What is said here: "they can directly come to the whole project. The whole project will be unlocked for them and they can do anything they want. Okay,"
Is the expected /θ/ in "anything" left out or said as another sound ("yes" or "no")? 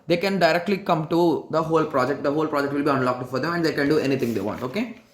yes